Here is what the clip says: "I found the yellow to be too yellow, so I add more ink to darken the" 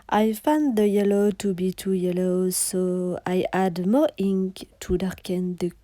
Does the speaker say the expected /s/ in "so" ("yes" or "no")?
yes